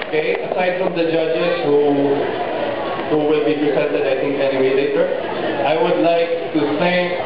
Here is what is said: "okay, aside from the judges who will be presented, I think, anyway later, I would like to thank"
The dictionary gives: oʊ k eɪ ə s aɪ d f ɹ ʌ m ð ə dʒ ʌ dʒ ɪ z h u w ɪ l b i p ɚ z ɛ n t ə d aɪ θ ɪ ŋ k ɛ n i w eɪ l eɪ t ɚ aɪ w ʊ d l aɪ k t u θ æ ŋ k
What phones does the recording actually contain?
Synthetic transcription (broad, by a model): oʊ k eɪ ə s aɪ d f ɹ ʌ m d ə dʒ ʌ dʒ ɪ z h u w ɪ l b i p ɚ s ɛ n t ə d aɪ t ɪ ŋ k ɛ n i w eɪ l eɪ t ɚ aɪ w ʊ d l aɪ k t u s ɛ